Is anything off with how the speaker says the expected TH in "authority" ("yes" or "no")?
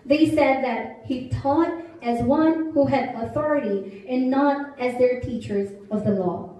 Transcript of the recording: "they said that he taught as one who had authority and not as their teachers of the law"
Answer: no